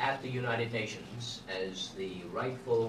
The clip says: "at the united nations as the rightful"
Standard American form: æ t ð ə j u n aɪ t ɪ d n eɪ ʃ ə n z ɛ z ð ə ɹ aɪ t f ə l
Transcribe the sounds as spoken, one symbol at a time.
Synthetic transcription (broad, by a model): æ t ð ə j u n aɪ t ɪ d n eɪ ʃ ə n z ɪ z ð ə ɹ aɪ t f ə l